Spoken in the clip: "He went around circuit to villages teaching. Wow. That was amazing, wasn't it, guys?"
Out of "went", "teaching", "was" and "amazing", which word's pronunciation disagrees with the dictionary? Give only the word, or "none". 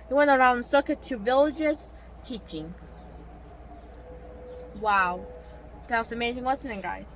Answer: was